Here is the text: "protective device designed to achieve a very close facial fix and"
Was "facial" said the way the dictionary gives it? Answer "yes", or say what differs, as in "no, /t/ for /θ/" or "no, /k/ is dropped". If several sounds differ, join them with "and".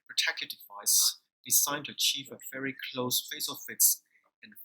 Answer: no, /s/ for /ʃ/